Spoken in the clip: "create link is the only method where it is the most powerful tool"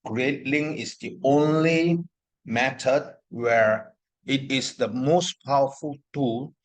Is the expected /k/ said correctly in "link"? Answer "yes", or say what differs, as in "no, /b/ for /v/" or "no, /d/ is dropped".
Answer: no, /k/ is dropped